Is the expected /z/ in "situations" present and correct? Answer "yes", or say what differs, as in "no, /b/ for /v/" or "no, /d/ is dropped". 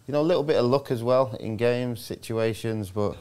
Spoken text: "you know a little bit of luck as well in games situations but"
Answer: yes